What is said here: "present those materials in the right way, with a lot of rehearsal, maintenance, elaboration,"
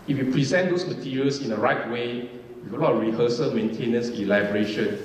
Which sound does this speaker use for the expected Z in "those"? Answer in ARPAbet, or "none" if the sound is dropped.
S